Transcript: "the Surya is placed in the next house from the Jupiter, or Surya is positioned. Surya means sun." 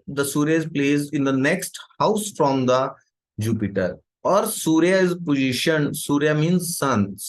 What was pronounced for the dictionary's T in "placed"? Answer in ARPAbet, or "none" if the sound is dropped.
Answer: none